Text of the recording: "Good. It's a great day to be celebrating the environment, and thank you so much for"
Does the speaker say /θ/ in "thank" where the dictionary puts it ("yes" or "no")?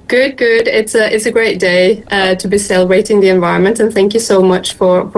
yes